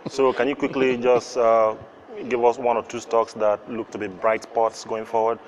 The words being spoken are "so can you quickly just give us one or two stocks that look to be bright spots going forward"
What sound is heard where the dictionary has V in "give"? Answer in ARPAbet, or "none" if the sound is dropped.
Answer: V